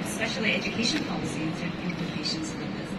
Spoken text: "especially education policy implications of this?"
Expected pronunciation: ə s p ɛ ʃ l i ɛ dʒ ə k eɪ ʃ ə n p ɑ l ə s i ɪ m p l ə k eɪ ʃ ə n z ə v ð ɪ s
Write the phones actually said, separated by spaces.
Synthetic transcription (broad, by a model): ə s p ɛ ʃ l i ɛ dʒ ə k eɪ ʃ ə n p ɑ l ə s i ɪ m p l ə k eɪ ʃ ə n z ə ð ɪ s